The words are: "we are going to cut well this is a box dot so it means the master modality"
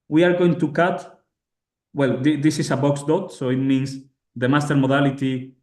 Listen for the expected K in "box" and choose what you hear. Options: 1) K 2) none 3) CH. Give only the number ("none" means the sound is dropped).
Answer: 1